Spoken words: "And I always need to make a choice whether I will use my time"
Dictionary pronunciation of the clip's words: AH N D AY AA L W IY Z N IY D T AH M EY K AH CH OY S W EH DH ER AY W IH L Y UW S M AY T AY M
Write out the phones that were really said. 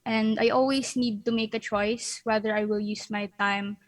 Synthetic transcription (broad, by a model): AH N D AY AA L W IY S N IY D T AH M EY K AH CH OY S W EH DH ER AY W IH L Y UW S M AY T AY M